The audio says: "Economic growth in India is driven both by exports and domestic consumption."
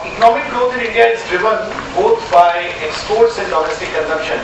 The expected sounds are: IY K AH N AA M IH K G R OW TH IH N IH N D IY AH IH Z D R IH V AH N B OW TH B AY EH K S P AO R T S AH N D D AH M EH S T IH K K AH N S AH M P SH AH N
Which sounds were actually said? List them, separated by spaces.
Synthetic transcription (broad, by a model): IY K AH N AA M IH K G R OW T IH N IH N D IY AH IH Z D R IH V AH N B OW T B AY EH K S P AO R T S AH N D D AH M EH S T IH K K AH N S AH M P SH AH N